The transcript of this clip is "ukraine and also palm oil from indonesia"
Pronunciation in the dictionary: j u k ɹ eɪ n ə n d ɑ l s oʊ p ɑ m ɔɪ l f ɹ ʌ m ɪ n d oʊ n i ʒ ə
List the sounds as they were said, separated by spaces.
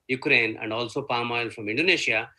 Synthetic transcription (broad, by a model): j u k ɹ eɪ n ə n d ɑ l s oʊ p ɑ m ɔɪ l f ɹ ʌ m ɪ n d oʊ n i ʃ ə